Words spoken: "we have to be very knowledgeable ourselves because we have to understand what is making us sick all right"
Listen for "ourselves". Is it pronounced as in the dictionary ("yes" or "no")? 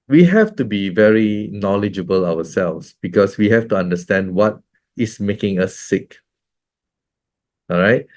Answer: no